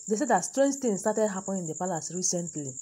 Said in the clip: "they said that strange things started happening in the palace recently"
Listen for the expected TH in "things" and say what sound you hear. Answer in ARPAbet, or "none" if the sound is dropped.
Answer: T